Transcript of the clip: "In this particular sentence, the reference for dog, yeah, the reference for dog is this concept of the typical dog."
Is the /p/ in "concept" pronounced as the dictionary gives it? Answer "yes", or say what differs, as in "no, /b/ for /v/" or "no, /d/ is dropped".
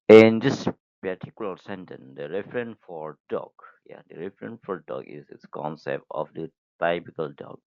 yes